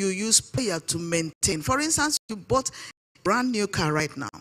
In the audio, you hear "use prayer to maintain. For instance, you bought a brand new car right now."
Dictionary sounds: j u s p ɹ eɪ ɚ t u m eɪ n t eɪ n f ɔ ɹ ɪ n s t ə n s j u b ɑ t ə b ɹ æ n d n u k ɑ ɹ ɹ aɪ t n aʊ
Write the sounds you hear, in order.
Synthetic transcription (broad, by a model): j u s p eɪ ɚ t u m eɪ n t eɪ n f ɔ ɹ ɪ n s t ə n s j u b ɑ t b ɹ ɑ n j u k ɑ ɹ ɹ aɪ t n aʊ